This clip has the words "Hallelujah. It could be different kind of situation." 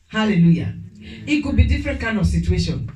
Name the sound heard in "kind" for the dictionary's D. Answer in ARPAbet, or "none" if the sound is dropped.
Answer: none